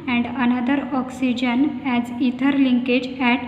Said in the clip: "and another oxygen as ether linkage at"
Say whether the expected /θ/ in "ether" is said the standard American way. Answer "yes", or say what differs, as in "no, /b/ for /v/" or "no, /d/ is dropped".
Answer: no, /t/ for /θ/